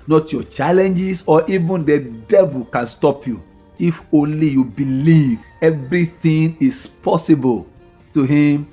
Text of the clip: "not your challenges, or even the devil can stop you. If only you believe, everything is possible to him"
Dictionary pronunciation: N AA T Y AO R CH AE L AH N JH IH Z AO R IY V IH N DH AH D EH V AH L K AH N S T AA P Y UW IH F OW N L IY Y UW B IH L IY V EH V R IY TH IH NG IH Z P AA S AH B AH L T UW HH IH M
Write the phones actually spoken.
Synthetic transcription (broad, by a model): N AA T Y AO CH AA L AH N JH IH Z AO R IY V IH N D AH D EH V AH L K AH N S T AA P Y UW IH F OW N L IY Y UW B IH L IY V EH V R IY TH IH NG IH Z P AA S AH B AH L T UW HH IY M